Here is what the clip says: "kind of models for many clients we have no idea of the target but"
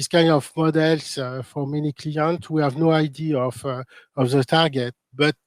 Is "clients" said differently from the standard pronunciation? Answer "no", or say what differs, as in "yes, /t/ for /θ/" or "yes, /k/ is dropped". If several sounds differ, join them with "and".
yes, /s/ is dropped